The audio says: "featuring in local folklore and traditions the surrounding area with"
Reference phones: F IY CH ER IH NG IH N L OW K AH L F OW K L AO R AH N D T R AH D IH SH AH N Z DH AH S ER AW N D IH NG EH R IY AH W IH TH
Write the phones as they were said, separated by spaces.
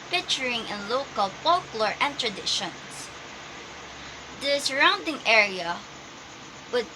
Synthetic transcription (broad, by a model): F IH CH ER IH NG IH N L OW K AH L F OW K L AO R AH N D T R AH D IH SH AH N S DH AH S ER AW N D IH NG EH R IY AH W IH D